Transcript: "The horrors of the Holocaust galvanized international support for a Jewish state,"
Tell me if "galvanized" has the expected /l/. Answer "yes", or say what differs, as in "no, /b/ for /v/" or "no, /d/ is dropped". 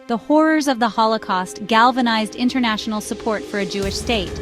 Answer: yes